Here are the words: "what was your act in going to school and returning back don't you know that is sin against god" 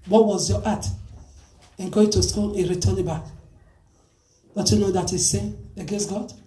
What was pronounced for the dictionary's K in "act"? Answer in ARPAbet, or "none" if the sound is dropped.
none